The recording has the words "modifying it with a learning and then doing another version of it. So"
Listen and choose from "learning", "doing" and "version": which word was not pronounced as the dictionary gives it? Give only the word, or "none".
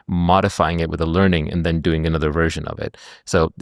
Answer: none